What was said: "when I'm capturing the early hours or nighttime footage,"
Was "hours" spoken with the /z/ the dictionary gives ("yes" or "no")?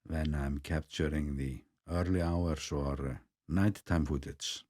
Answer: no